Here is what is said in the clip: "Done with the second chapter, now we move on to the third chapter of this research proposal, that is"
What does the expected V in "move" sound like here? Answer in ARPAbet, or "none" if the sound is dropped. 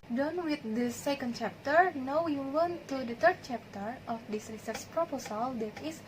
W